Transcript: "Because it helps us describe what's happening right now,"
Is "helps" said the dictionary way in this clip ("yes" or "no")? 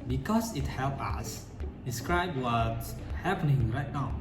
no